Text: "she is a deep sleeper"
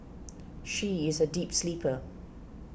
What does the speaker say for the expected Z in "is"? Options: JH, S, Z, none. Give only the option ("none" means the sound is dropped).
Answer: Z